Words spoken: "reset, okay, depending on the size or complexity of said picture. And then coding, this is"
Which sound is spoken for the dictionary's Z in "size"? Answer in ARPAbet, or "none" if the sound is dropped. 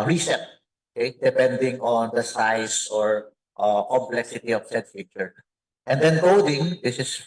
S